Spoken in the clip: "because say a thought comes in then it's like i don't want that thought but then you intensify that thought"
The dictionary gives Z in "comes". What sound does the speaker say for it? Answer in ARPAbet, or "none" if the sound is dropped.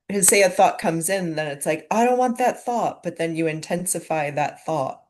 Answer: Z